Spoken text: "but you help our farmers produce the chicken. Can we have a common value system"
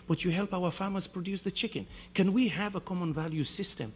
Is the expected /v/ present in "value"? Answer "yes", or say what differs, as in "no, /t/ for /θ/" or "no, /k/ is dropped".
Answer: yes